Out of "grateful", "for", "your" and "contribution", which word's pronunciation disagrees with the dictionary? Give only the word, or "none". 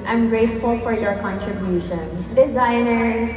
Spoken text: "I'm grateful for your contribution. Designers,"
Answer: none